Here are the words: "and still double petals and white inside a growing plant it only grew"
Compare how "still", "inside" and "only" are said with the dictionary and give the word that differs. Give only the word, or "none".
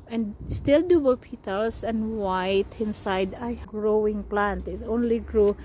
none